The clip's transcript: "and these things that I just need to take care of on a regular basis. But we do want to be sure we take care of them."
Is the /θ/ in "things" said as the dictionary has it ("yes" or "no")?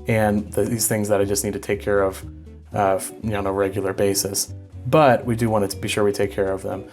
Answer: yes